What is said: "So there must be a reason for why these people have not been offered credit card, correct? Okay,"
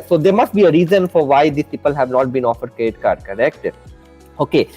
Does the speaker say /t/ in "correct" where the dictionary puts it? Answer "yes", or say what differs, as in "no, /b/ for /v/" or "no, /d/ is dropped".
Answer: yes